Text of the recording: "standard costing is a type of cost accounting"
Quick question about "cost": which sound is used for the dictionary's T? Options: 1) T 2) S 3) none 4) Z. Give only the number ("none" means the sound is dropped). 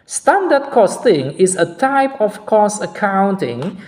3